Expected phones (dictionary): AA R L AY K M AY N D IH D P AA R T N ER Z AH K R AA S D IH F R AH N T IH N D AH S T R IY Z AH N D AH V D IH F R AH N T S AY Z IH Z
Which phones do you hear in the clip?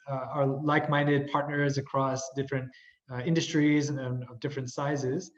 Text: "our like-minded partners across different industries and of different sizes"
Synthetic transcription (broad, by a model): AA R L AY K M AY N D IH D P AA R T N ER Z AH K R AA S D IH F R AH N T IH N D AH S T R IY Z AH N AH V D IH F R AH N T S AY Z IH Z